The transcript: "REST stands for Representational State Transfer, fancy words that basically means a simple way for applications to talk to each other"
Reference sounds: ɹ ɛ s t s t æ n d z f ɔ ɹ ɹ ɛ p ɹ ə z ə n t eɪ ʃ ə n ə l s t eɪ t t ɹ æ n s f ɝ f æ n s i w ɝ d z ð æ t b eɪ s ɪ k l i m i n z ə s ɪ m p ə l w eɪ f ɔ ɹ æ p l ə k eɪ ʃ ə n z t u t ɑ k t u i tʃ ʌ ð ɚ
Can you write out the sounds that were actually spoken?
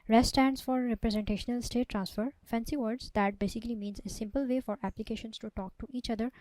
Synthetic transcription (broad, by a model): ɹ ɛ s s t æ n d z f ɔ ɹ ɹ ɛ p ɹ ə z ə n t eɪ ʃ ə n ə l s t eɪ t t ɹ æ n s f ɝ f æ n s i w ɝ d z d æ t b eɪ s ɪ k l i m i n z ə s ɪ m p ə l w eɪ f ɔ ɹ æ p l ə k eɪ ʃ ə n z t u t ɑ k t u i tʃ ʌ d ɚ